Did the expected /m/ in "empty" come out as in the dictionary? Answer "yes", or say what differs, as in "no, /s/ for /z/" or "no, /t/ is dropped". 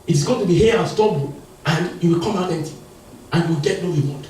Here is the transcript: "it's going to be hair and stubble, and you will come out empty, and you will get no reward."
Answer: no, /m/ is dropped